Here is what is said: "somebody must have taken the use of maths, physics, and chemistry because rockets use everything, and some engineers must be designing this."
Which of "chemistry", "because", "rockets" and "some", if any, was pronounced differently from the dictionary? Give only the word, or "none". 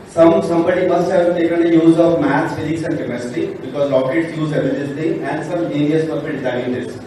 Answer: chemistry